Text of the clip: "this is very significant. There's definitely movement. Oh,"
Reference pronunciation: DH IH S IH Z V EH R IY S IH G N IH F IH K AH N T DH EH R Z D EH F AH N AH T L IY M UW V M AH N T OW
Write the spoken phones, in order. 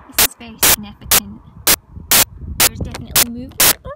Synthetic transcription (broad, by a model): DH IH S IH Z B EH IY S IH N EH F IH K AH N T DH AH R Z D EH F AH N AH T L IY M UW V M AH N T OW